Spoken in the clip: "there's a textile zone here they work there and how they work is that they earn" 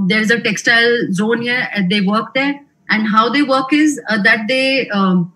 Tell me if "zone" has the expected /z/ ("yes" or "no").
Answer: yes